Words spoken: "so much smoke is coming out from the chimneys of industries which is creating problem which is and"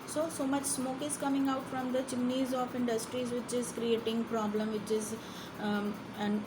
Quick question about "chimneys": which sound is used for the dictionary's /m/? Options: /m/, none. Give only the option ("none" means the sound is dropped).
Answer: none